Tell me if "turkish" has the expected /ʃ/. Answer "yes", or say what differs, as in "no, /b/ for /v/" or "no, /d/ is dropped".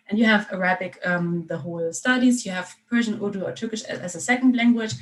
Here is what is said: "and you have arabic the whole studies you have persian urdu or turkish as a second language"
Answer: yes